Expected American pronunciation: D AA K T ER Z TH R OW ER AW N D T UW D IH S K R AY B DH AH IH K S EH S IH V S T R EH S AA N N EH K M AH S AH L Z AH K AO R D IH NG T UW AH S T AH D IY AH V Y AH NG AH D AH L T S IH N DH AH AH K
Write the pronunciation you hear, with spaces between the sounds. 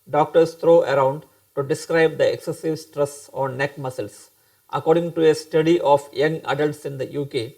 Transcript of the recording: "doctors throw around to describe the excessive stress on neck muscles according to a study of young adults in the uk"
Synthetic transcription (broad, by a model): D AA K T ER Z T R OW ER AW N D T UW D IH S K R AY B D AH IH K S EH S IH V S T R EH S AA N N EH K M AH S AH L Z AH K AO R D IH NG T UW AH S T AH D IY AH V Y AH NG AH D AH L T S IH N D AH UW K